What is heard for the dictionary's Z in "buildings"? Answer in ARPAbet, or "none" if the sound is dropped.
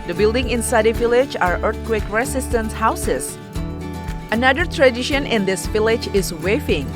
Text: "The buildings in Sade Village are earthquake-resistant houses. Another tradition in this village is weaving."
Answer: none